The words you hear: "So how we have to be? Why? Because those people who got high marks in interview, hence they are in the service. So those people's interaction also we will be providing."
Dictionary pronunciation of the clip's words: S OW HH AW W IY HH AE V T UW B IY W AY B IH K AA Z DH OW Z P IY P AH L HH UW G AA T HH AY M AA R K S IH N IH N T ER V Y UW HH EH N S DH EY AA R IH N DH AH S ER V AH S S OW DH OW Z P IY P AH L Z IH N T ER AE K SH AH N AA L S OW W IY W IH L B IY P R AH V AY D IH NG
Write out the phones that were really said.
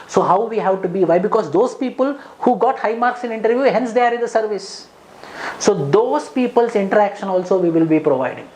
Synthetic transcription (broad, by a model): S OW HH AW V IY HH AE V T UW B IY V AY B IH K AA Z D OW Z P IY P AH L HH UW G AA T HH AY M AA R K S IH N IH N T ER V Y UW HH EH N S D EY AA R IH N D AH S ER V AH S S OW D OW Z P IY P AH L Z IH N T ER AE K SH AH N AA L S OW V IY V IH L B IY P R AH V AY D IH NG